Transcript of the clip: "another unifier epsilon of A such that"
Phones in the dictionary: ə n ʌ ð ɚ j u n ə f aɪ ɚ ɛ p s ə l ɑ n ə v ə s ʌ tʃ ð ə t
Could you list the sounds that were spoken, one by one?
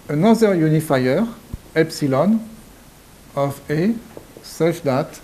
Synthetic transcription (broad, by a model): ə n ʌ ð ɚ j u n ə f aɪ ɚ ɛ p s ə l ɑ n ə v ə s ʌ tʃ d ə t